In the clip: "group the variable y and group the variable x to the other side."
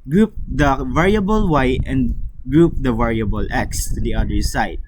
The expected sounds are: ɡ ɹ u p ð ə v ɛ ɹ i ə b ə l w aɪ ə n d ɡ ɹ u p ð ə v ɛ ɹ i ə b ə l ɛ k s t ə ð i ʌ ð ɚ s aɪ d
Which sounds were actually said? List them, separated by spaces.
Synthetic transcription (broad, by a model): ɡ ɹ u p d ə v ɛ ɹ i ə b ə l w aɪ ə n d ɡ ɹ u p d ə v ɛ ɹ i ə b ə l ɛ k s t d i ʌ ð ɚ s aɪ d